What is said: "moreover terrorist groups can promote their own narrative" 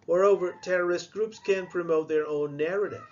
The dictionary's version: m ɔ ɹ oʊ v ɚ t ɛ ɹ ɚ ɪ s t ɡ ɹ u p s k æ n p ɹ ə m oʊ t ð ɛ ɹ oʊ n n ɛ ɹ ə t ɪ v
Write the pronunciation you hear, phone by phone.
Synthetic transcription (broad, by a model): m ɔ ɹ oʊ v ɚ t ɛ ɹ ɚ ɪ s t ɡ ɹ u p s k æ n p ɹ ə m oʊ t ð ɛ ɹ oʊ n n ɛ ɹ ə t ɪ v